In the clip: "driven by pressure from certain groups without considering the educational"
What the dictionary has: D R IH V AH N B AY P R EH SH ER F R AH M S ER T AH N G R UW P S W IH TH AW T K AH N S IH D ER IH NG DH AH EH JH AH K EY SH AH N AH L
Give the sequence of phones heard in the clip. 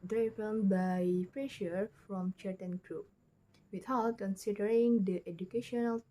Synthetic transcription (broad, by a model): D R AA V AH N B AY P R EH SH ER F R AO M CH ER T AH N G R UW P W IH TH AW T K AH N S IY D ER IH NG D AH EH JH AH K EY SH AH N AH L